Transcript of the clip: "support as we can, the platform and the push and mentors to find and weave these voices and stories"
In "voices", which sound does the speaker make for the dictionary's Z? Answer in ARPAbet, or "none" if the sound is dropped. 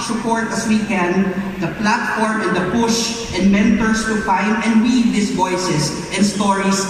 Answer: S